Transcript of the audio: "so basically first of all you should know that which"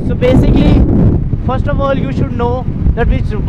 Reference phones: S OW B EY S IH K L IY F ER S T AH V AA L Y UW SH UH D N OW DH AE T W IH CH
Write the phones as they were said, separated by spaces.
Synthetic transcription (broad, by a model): S OW B EY S IH K L IY F ER S T AH V AA L Y UW SH UH D N OW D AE T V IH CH